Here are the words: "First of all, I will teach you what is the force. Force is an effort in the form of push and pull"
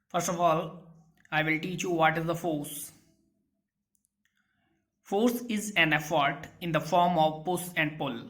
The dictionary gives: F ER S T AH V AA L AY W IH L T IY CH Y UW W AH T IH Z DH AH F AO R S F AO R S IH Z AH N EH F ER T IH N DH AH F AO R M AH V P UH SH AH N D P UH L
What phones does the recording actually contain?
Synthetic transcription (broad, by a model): F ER S T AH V AA L AY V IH L T IY CH Y UW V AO T IH Z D AH F AO R S F AO R S IH Z AH N EH F ER T IH N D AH F AO R M AH V P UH S AH N D P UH L